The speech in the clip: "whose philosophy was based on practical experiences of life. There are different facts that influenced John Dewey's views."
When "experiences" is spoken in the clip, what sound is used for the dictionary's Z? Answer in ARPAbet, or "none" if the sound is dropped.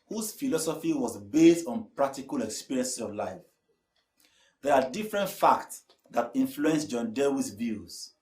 S